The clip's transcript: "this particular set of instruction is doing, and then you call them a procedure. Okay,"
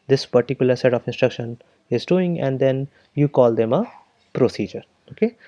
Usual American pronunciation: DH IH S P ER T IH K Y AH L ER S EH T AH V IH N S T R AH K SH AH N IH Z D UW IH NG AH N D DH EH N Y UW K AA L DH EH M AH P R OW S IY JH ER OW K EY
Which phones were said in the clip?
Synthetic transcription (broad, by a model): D IH S P ER T IH K Y AH L ER S EH T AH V IH N S T R AH K SH AH N IH Z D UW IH NG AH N D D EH N Y UW K AA L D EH M AH P R OW S IY JH ER OW K EY